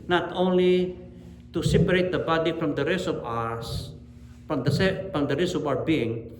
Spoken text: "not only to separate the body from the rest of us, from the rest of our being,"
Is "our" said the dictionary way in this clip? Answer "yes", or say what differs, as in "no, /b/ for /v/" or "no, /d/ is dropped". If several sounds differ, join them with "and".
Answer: no, /w/ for /ɹ/